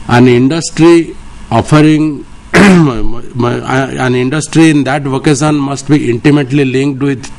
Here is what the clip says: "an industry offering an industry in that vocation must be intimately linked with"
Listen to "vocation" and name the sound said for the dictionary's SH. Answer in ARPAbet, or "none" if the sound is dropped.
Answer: S